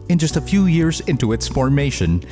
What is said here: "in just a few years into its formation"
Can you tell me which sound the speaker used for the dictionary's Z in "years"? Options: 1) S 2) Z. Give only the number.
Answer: 2